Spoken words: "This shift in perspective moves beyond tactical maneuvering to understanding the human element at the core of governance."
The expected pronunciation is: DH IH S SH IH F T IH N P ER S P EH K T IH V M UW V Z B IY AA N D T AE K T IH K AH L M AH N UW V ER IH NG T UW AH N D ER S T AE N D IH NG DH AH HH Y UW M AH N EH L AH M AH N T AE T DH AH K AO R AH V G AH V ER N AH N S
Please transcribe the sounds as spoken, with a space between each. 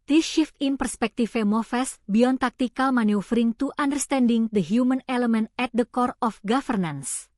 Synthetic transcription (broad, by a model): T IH SH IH F T IH N P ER S P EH K T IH F M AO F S B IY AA N T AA K T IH K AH L M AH N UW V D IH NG T UW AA N D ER S T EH N D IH NG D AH HH Y UW M AH N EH L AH M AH N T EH T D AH K AO R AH F G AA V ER N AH N S